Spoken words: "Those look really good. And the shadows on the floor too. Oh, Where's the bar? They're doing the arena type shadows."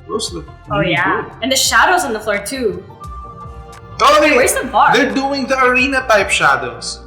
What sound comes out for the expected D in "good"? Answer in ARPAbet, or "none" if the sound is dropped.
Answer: none